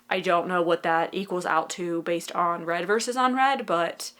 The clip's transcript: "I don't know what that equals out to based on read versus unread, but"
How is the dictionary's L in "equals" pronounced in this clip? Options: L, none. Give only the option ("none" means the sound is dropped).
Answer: L